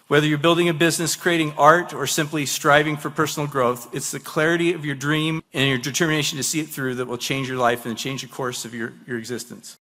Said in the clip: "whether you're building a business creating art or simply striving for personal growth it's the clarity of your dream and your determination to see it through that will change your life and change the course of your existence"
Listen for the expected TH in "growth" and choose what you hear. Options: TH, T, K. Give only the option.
TH